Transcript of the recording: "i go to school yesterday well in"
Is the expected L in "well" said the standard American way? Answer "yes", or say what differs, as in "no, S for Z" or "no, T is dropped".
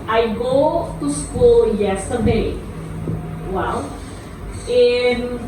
no, W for L